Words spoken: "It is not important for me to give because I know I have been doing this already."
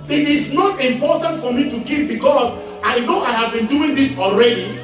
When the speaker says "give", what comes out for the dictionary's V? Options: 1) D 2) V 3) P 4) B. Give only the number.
3